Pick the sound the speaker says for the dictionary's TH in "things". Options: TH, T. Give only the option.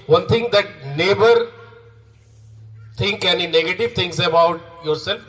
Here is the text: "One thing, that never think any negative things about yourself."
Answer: T